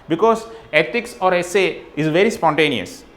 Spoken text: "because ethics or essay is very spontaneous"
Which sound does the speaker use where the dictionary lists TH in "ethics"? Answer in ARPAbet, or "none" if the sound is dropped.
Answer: T